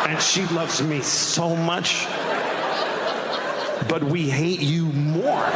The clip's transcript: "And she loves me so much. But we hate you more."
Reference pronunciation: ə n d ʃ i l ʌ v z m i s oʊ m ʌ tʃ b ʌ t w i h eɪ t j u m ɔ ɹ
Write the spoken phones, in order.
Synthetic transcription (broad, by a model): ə n ʃ i l ʌ v z m i s oʊ m ʌ tʃ b ʌ t w i h eɪ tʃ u m ɔ ɹ